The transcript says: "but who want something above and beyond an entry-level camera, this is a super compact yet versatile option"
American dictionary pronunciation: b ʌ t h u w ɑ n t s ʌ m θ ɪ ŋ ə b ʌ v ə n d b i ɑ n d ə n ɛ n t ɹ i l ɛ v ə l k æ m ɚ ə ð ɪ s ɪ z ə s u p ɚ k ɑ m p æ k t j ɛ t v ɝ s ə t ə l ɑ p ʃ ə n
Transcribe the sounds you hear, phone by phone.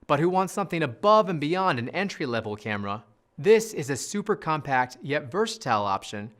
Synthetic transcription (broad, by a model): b ʌ t h u w ɑ n t s ʌ m θ ɪ ŋ ə b ʌ v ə n b i ɑ n d ə n ɛ n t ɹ i l ɛ v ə l k æ m ɚ ə ð ɪ s ɪ z ə s u p ɚ k ɑ m p æ k t j ɛ t v ɝ s ə t ə l ɑ p ʃ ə n